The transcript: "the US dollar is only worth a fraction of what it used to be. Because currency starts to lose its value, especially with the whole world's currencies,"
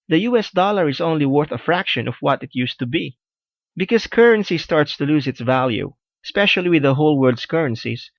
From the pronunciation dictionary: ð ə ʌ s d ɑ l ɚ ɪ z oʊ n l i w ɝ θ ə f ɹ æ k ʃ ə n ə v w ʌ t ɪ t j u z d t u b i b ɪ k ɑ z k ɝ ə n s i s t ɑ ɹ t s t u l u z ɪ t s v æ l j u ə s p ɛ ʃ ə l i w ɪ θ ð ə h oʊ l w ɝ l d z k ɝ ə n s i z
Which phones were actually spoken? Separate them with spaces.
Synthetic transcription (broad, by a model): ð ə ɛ s d ɑ l ɚ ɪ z oʊ n l i w ɝ θ ə f ɹ æ k ʃ ə n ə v w ʌ t ɪ t j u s t u b i b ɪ k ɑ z k ɝ ə n s i s t ɑ ɹ t s t u l u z ɪ t s v æ l j u ə s p ɛ ʃ ə l i w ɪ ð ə h oʊ l w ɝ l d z k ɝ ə n s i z